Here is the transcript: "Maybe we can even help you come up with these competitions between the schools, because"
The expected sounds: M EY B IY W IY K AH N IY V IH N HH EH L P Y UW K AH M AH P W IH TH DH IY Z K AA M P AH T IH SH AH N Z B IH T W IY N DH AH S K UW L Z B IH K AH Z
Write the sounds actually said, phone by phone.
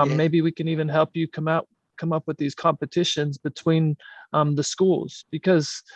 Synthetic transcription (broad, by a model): M EY B IY W IY K AH N IY V IH N HH EH L P Y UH K AH M AH P W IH DH IY Z K AA M P AH T IH SH AH N Z B IH T W IY N DH AH S K UW L Z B IH K AH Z